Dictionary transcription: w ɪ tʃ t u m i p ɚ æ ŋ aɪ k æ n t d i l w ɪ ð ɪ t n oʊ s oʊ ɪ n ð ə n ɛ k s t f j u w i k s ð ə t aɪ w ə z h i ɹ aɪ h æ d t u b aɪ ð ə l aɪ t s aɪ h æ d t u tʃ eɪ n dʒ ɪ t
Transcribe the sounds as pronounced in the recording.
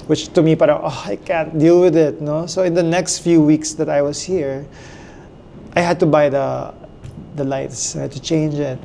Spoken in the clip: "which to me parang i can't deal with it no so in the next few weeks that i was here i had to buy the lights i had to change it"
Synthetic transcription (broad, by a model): w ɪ tʃ t u m i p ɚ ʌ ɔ aɪ k æ n t d i l w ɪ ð ɪ t n oʊ s oʊ ɪ n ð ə n ɛ k s t f j u w i k s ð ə t aɪ w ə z h i ɹ aɪ h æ d t u b aɪ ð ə l aɪ t s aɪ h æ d t u tʃ eɪ n dʒ ɪ t